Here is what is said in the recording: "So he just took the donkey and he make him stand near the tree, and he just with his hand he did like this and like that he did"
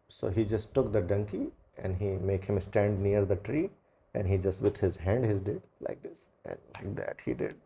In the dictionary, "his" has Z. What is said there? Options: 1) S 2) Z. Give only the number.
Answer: 2